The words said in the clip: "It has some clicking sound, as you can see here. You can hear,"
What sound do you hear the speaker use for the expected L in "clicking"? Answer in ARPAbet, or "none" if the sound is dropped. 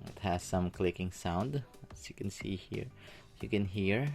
L